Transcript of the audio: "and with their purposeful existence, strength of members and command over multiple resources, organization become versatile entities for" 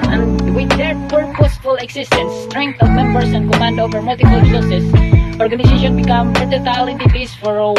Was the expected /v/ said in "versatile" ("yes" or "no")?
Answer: no